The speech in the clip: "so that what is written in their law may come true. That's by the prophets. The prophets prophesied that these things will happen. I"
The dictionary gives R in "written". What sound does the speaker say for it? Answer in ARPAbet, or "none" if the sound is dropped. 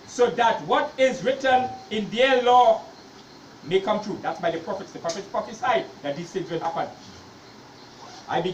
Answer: R